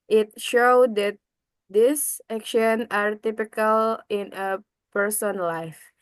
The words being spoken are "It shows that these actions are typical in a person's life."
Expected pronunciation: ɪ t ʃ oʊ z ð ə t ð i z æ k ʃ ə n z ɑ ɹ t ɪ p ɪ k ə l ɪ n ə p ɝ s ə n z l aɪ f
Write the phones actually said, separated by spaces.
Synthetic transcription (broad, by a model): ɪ t ʃ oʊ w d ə t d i s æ k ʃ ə n ɑ ɹ t ɪ p ɪ k ə l ɪ n ə p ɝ s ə n l aɪ f